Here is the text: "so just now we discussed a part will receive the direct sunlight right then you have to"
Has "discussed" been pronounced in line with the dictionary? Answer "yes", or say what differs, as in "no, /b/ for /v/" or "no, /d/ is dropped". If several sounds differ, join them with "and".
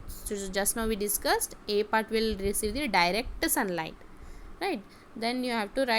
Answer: yes